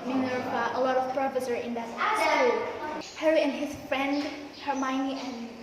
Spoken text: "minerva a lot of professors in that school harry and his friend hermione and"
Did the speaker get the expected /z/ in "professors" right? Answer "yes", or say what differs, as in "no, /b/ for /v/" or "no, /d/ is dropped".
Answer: no, /z/ is dropped